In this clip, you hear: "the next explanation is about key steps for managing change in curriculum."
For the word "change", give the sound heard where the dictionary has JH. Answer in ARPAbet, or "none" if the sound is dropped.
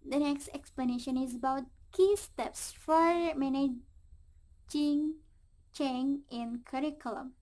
none